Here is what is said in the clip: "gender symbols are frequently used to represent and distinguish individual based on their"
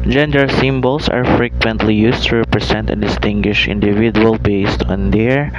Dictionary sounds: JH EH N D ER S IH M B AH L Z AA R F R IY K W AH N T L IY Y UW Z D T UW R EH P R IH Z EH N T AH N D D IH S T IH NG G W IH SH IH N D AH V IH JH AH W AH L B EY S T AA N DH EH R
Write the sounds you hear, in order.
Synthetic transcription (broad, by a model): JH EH N D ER S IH M B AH L S AA R F R IY K W AH N T L IY Y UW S T UW R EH P R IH S EH N T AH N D D IH S T IH NG G W IH SH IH N D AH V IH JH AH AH L B EY S T AA N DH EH R